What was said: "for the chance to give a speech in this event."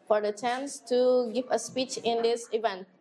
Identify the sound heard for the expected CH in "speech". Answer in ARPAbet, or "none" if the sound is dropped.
CH